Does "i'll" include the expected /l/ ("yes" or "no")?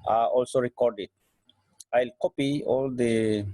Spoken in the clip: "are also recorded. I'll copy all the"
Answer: yes